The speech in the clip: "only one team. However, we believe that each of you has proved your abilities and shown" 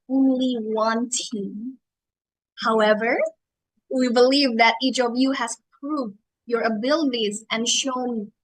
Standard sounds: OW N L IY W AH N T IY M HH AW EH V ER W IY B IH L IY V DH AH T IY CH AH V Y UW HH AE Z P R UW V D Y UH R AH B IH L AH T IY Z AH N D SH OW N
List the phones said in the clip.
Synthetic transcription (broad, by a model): OW N L IY W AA N T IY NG HH AW EH V ER W IY B IH L IY V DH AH T IY CH AH V Y UW HH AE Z P R UW V D Y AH R AH B IH L AH T IY Z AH N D SH OW N